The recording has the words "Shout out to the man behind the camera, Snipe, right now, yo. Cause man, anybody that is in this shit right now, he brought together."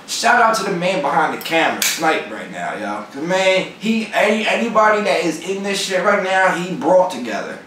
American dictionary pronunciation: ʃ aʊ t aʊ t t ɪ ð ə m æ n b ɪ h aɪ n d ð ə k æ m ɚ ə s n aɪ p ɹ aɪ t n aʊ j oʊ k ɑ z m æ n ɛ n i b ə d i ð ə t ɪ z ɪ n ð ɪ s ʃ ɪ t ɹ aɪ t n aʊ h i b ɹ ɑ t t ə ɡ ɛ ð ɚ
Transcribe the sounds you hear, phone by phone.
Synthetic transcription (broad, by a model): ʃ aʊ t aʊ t t ɪ ð ə m æ n b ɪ h aɪ n ð ə k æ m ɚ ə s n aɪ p ɹ aɪ t n aʊ j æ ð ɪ m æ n ɛ n i b ə d i ð ə t ɪ z ɪ n ð ɪ s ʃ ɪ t ɹ aɪ t n aʊ h i b ɹ ɑ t t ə ɡ ɛ ð ɚ